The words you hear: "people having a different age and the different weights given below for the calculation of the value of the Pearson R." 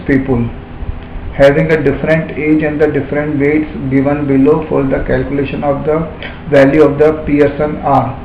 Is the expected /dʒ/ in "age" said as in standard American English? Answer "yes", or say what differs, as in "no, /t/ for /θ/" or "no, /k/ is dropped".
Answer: yes